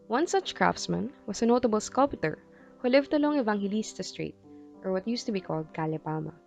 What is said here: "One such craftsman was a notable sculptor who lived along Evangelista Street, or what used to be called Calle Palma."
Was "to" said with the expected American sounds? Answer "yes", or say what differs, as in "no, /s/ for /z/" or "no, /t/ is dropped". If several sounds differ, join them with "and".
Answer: yes